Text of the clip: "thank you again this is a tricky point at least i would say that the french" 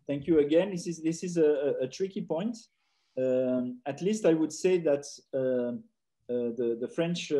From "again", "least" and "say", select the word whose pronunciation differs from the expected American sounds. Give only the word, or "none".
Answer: none